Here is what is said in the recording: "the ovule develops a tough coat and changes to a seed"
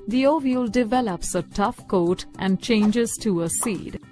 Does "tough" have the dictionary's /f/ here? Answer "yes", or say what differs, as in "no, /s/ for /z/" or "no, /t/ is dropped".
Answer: yes